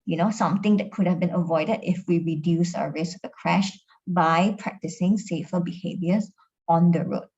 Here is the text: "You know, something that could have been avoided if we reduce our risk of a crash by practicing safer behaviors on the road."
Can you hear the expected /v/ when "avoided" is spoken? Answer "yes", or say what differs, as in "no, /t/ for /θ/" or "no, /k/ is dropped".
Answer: yes